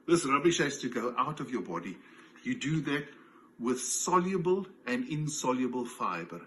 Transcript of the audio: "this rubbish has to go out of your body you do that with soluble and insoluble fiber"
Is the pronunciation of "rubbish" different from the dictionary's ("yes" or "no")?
no